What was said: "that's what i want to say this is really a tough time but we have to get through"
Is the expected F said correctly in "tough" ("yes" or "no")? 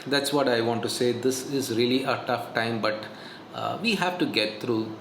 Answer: yes